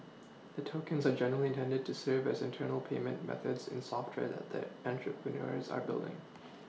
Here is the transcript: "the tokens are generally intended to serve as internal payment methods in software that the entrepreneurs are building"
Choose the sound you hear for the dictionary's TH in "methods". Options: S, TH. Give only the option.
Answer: TH